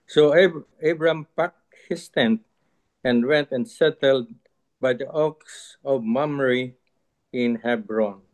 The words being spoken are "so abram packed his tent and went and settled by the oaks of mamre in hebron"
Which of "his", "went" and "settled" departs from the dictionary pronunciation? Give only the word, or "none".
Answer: his